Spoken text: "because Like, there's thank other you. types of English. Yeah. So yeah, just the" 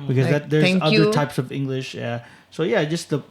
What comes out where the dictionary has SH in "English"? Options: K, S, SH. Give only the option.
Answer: SH